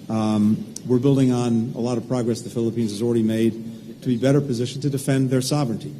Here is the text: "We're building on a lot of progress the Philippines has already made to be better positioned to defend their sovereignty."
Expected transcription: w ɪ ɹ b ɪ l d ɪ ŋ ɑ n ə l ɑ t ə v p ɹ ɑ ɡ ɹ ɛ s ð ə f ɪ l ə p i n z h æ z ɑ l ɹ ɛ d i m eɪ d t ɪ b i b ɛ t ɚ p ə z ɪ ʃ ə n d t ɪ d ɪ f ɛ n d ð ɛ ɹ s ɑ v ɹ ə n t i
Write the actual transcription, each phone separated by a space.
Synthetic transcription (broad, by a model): w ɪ ɹ b ɪ l d ɪ ŋ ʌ n ə l ɑ t ə v p ɹ ɑ ɡ ɹ ɛ s ð ə f ɪ l ə p i n z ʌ z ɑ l ɹ ɛ d i m eɪ d t ɪ b i b ɛ t ɚ p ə z ɪ ʃ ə n t ɪ d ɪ f ɛ n ð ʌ ɹ s ɑ v ɹ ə n t i